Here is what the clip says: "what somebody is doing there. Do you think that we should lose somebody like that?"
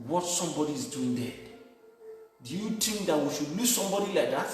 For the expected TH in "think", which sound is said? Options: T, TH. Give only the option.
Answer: T